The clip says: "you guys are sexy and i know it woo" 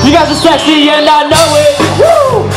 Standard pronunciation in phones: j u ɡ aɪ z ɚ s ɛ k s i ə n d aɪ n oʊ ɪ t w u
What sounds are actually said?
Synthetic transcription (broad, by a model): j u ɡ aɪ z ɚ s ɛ s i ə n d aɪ n oʊ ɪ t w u